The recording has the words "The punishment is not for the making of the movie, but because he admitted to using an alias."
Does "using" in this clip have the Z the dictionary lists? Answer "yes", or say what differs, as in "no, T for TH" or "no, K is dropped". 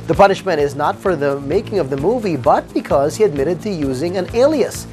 yes